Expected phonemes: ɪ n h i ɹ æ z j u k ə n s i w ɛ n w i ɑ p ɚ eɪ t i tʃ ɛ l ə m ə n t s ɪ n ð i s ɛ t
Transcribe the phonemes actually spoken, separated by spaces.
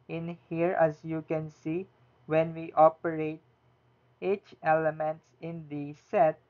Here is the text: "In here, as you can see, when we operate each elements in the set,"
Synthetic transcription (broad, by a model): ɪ n h i ɹ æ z j u k ə n s i w ɛ n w i ɑ p ɚ eɪ t i tʃ ɛ l ə m ə n t s ɪ n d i s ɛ t